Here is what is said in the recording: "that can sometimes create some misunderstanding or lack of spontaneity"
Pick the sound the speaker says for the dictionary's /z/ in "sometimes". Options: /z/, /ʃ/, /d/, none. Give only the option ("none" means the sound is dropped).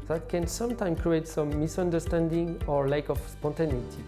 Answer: none